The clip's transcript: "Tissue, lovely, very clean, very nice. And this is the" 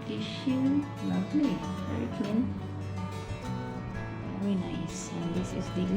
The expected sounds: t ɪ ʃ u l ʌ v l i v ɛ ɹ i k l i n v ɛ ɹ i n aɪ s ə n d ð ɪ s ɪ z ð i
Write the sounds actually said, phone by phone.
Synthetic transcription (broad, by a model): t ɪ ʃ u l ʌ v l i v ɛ ɹ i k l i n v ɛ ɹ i n aɪ s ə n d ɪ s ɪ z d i